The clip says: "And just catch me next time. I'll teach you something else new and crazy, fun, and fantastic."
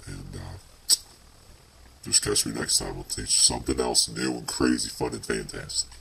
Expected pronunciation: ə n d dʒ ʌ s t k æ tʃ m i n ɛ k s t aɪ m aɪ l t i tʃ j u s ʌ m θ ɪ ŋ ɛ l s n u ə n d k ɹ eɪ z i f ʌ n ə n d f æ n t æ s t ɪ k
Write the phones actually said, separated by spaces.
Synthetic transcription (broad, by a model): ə n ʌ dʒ ʌ s k æ tʃ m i n ɛ k s t aɪ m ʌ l t i tʃ s ʌ m θ ɪ ŋ ɛ l s n u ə n k ɹ eɪ z i f ʌ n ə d f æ n t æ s t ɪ k